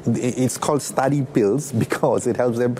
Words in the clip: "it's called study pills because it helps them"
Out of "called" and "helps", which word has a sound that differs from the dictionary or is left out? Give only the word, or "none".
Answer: none